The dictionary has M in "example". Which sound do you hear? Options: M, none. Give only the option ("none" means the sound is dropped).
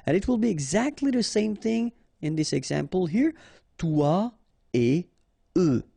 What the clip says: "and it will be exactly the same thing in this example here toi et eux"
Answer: M